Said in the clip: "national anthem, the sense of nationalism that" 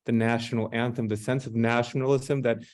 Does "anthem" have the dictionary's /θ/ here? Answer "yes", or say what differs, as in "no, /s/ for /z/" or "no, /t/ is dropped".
yes